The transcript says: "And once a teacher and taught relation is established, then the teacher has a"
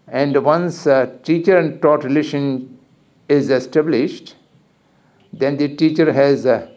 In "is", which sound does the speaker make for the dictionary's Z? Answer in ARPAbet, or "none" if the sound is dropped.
Z